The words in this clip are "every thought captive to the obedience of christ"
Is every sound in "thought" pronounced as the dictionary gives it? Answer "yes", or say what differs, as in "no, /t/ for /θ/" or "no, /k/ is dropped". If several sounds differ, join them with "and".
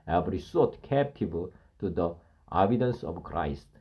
no, /s/ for /θ/